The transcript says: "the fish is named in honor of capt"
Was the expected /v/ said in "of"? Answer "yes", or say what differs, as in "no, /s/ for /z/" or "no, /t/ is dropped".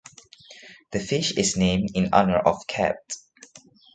no, /f/ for /v/